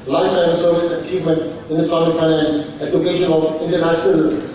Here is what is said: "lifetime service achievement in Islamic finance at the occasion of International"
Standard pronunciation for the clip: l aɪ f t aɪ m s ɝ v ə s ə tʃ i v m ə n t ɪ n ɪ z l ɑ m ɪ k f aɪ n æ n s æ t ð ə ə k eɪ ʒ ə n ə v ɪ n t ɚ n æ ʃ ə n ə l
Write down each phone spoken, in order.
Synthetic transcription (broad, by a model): l aɪ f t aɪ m s ɝ v ə s ə tʃ i v m ə n t ɪ n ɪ s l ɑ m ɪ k f aɪ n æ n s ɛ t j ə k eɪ ʃ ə n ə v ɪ n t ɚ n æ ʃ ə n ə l